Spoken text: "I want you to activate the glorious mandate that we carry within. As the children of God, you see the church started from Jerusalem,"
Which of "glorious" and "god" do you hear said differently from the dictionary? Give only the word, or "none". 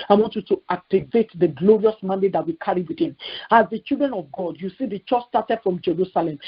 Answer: none